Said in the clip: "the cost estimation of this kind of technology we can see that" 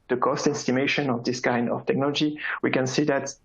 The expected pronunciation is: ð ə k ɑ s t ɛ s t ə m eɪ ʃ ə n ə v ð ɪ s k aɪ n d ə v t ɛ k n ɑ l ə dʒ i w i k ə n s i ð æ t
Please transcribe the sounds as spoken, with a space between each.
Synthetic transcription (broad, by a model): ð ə k ɑ s t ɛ s t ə m eɪ ʃ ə n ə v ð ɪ s k aɪ n d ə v t ɛ k n ɑ l ə dʒ i w i k ə n s i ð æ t